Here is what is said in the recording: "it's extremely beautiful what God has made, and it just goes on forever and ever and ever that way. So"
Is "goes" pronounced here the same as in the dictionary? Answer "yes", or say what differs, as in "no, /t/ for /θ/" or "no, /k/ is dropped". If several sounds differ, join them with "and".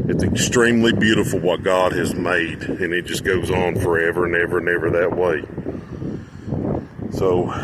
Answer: yes